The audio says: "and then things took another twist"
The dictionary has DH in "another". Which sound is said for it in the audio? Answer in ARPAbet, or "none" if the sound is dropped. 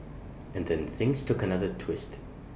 DH